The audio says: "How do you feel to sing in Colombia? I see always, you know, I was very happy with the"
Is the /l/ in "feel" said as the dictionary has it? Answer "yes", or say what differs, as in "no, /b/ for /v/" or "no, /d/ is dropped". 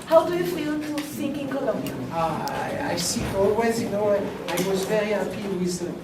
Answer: no, /n/ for /l/